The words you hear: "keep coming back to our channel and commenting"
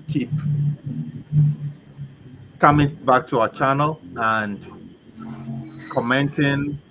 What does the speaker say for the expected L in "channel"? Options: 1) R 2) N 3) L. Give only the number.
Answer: 3